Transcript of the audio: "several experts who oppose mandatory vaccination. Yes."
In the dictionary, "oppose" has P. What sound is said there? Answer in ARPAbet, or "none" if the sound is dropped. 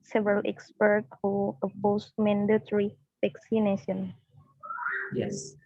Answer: B